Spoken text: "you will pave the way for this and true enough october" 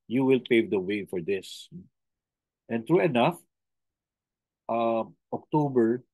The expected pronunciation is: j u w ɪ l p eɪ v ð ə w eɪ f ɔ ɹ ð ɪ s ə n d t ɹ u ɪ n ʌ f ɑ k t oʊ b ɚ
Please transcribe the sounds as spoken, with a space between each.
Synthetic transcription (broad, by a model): j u w ɪ l p eɪ v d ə w eɪ f ɔ ɹ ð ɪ s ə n t ɹ u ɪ n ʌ f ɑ k t oʊ b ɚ